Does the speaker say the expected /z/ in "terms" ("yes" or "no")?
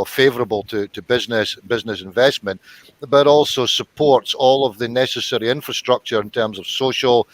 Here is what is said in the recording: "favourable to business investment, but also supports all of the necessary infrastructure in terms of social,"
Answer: yes